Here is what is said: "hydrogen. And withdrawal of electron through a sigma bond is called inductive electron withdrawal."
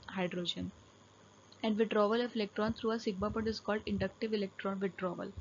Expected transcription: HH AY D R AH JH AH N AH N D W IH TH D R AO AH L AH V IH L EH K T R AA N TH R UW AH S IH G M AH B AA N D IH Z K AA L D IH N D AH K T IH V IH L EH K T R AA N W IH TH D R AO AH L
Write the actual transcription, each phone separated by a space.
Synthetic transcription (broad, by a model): HH AY D R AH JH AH N AH N D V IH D R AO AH L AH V IH L EH K T R AA N T R UW AH S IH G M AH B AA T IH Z K AA L D IH N D AH K T IH V IH L EH K T R AA N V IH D R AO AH L